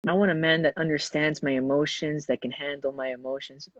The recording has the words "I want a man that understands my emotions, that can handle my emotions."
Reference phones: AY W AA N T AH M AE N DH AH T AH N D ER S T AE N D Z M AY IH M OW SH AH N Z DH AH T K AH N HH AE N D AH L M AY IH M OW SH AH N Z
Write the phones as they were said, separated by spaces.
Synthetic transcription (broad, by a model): AY W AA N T AH M AE N DH AH T AH N D ER S T AE N D Z M AY IH M OW SH AH N Z DH AH T K AH N HH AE N D L M AY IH M OW SH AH N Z